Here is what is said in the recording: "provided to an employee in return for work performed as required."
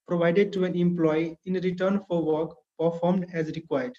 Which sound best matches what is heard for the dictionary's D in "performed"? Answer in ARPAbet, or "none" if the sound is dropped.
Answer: D